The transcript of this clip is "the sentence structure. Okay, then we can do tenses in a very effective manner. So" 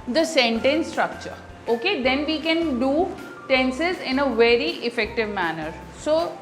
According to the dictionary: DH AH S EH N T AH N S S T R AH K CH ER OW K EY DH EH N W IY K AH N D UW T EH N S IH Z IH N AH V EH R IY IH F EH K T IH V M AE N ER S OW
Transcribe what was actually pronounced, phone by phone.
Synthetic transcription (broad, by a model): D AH S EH N T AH N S S T R AH K CH ER OW K EY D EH N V IY K AH N D UW T EH N S IH Z IH N AH V EH R IY IH F EH K T IH V M AE N ER S OW